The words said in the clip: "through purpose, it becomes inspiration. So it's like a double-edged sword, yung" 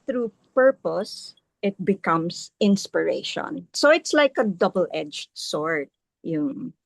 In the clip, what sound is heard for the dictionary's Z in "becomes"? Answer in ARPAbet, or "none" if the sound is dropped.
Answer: S